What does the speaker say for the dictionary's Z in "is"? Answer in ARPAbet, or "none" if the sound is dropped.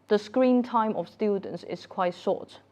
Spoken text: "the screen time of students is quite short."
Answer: S